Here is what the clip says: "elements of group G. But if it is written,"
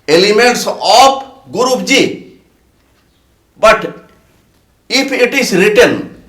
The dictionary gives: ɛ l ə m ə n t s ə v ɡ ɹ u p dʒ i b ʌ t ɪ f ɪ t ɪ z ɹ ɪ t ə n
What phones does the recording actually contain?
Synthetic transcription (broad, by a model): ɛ l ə m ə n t s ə p ɡ ɹ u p dʒ i b ʌ t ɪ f ɪ t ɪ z ɹ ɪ t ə n